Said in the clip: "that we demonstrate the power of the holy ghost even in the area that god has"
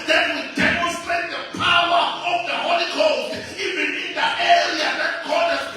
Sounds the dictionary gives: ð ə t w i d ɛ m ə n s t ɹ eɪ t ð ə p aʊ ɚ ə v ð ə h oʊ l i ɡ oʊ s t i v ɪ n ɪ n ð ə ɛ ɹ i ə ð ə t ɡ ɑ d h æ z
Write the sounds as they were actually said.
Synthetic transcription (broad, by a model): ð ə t w i d ɛ m ə n s t ɹ eɪ t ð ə p aʊ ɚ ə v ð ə h oʊ l i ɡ oʊ t i v ɪ n ɪ n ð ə ɛ ɹ i ə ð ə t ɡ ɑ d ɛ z